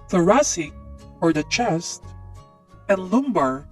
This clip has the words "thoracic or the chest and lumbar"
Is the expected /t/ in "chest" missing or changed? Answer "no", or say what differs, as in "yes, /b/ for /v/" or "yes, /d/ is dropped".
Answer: no